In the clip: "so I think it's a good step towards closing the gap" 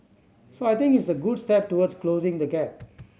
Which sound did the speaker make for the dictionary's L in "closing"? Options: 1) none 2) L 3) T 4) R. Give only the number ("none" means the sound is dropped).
2